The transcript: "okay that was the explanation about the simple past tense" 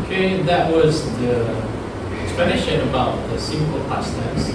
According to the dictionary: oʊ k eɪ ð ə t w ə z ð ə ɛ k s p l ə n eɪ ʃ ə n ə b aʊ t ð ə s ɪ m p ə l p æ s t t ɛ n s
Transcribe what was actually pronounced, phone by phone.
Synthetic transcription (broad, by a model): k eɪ ð ə t w ə z ð ə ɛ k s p ə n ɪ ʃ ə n ə b aʊ t ð ə s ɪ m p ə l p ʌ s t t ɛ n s